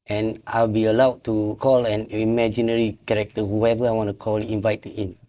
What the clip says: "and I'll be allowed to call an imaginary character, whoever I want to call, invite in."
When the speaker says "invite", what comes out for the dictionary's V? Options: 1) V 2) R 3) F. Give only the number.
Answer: 1